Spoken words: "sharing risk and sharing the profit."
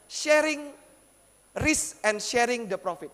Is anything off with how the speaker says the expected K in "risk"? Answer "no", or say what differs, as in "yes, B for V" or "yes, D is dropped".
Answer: yes, K is dropped